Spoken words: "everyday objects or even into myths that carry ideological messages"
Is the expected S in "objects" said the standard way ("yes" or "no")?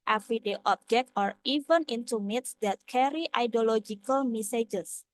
no